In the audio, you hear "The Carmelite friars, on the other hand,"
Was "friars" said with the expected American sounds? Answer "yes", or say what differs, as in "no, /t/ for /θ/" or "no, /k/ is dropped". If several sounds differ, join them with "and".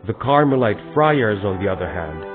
yes